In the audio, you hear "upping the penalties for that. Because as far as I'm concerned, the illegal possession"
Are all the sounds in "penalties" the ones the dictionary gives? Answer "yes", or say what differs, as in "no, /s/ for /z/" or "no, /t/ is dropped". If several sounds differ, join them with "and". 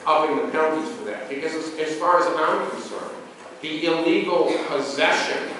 no, /n/ is dropped and /n/ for /l/